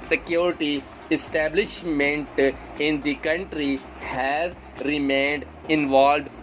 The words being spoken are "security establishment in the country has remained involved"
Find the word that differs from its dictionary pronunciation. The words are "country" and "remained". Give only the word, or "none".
none